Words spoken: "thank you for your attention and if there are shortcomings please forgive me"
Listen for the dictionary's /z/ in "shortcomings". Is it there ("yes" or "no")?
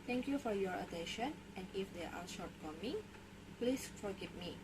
no